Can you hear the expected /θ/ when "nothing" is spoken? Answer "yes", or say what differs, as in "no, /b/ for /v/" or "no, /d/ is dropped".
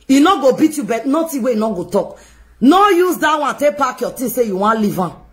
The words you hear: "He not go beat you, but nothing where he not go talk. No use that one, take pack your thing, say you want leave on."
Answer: no, /t/ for /θ/